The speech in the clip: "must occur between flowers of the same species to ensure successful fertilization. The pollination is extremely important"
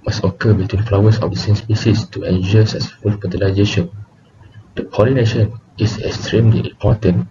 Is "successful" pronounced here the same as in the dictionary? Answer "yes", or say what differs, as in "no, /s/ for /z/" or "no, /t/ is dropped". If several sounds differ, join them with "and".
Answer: no, /k/ is dropped